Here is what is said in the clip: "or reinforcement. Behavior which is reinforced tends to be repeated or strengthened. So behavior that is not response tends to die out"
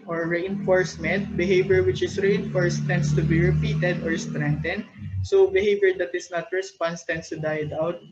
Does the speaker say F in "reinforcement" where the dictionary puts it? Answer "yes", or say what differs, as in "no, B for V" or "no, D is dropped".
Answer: yes